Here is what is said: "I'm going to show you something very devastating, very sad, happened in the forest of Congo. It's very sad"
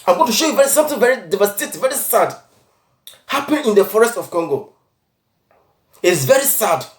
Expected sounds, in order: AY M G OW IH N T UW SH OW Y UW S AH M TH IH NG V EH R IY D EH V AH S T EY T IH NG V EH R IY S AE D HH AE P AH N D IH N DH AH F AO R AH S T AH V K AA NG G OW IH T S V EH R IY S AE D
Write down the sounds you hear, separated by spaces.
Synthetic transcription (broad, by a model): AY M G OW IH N T UW SH OW Y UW S AH M TH IH NG V EH R IY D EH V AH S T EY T V EH R IY S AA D HH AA P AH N IH N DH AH F AO R AH S T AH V K AA NG G OW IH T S V EH R IY S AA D